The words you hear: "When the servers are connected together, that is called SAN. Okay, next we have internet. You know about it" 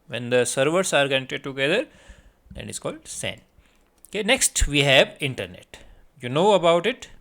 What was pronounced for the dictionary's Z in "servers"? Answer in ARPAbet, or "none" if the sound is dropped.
S